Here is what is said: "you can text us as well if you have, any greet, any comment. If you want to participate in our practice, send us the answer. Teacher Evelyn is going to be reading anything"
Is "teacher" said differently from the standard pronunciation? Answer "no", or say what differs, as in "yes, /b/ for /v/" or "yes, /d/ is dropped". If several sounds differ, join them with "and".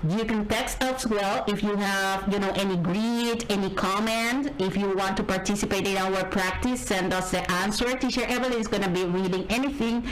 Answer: yes, /ʃ/ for /tʃ/